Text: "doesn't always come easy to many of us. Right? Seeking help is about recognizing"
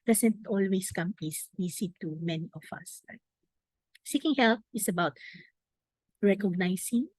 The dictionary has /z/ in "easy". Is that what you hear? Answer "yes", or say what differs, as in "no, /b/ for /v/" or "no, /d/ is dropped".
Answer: no, /s/ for /z/